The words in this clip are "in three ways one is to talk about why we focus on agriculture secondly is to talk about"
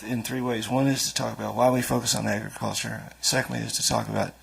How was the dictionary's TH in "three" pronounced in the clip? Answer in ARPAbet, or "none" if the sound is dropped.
TH